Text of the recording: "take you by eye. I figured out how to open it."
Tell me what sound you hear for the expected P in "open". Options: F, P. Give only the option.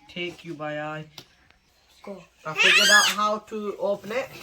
P